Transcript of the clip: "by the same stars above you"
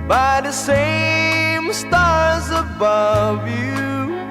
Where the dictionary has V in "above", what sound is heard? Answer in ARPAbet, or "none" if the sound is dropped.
V